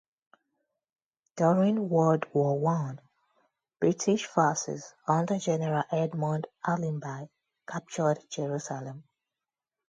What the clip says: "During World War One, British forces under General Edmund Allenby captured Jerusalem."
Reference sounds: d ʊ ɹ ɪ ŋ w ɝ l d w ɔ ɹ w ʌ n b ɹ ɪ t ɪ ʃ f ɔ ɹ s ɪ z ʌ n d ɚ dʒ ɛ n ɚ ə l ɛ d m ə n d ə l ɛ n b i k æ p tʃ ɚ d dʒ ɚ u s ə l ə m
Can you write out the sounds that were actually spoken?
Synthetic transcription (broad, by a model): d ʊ ɹ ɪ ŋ w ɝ d w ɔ w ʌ n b ɹ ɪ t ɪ ʃ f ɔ s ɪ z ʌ n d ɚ dʒ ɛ n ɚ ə l ɛ d m ə n d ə l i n b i k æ p tʃ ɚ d dʒ ɚ u s ə l ə m